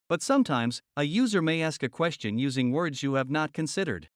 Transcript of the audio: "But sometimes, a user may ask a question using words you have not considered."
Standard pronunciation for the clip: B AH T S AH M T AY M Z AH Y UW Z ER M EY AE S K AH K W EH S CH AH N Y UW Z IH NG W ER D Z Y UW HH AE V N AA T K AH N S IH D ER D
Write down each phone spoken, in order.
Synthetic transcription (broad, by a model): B AH T S AH M T AY M Z AH Y UW Z ER M EY AE S K AH K W EH S CH AH N Y UW Z IH NG W ER D Z Y UW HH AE V N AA T K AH N S IH D ER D